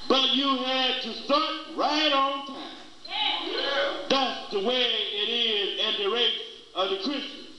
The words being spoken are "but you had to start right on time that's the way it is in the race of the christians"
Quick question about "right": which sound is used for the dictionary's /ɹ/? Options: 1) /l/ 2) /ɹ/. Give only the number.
2